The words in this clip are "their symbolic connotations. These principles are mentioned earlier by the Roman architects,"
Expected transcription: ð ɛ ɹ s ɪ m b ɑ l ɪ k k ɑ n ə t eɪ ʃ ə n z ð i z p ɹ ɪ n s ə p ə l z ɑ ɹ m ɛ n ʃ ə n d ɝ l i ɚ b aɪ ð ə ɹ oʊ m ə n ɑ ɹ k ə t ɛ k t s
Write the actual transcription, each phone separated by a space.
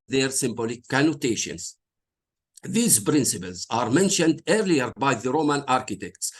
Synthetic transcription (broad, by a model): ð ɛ ɹ s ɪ m b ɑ l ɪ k k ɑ n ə t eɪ ʃ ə n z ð i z p ɹ ɪ n s ə p ə l z ɑ ɹ m ɛ n ʃ ə n d ɝ l i ɚ b aɪ ð ə ɹ oʊ m ə n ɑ ɹ k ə t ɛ k t s